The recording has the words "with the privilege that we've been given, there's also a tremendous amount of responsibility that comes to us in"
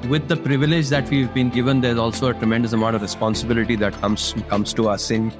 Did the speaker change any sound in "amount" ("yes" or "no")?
yes